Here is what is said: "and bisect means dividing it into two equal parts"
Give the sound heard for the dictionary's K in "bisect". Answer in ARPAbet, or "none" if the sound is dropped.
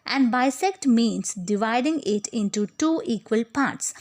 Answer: K